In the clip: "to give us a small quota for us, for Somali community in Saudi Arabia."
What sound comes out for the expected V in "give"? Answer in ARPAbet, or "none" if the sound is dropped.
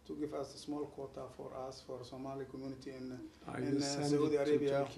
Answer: F